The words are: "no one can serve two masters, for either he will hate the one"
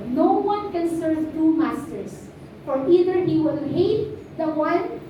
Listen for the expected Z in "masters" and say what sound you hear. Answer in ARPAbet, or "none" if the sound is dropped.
S